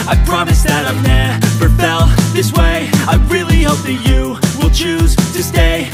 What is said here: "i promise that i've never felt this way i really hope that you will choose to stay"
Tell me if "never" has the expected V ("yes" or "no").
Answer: no